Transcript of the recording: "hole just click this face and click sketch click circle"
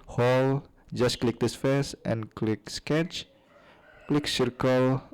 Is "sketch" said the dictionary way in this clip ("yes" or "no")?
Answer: yes